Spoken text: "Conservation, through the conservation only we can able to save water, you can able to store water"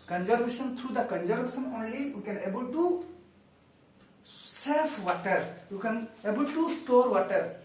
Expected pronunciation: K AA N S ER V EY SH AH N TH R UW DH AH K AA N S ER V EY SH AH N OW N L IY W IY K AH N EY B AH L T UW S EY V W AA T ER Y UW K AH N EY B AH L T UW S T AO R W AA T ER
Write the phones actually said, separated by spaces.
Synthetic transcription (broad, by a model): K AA N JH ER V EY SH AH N T R UW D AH K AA N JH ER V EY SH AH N OW N L IY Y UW K AH N EY B AH L T UW S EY F W AA T ER Y UW K AH N EY B AH L T UW S T AO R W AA T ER